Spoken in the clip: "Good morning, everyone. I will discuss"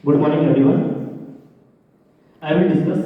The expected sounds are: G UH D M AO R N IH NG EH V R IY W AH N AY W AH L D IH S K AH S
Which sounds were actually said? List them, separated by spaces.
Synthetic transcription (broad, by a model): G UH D M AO R N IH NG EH R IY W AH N AY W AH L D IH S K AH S